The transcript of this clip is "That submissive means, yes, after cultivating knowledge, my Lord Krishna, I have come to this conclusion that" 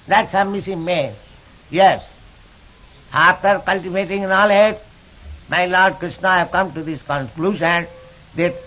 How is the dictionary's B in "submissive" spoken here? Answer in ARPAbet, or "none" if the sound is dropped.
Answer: none